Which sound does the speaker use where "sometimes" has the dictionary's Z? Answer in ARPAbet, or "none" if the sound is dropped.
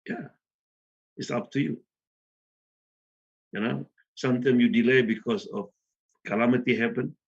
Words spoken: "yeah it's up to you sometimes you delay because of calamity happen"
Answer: none